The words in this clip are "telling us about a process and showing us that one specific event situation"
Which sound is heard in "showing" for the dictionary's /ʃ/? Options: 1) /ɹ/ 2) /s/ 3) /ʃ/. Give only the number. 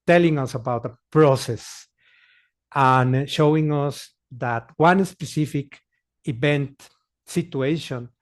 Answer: 3